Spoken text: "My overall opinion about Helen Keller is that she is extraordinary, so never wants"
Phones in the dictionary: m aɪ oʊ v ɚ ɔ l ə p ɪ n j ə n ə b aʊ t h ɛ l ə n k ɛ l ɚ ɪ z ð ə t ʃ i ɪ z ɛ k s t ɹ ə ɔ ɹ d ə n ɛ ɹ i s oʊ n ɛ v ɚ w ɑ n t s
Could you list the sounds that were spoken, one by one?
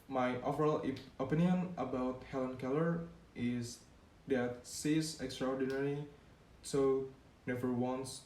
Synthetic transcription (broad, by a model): m aɪ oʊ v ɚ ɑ l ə p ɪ n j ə n ə b aʊ t h ɛ l ə n k ɛ l ɚ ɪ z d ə t s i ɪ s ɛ k s t ɹ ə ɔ ɹ d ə n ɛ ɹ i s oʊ n ɛ v ɚ w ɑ n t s